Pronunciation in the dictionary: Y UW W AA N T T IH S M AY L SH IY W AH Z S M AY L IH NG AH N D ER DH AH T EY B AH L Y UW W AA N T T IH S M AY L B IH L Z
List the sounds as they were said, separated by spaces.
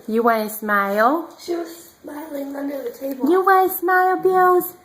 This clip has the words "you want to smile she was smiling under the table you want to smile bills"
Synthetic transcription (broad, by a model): Y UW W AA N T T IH S M AY L SH IY W AH Z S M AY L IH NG AH N D ER DH AH T EY AH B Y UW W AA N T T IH S M AY L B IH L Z